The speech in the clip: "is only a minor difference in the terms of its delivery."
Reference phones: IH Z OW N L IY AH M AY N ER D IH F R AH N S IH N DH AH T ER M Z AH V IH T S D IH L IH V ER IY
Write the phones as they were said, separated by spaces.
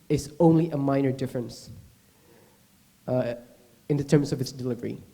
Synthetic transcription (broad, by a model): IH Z OW N L IY AH M AY N ER D IH F R AH N S IH N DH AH T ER M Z AH V IH T S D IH L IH V ER IY